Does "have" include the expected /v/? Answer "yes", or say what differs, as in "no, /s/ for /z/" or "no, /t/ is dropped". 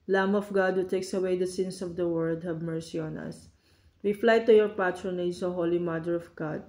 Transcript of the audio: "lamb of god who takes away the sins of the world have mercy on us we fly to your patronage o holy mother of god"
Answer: no, /b/ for /v/